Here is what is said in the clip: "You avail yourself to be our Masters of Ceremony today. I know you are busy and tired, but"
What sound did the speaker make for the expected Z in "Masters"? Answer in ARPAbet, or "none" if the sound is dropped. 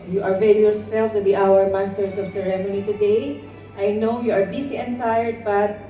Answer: S